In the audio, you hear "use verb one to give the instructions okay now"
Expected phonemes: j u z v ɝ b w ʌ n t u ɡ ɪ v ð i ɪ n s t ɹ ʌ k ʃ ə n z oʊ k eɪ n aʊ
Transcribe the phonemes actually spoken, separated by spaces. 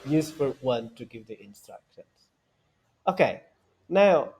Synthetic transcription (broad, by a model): j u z f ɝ w ʌ n t u ɡ ɪ v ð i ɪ n s t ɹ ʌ k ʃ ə n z oʊ k eɪ n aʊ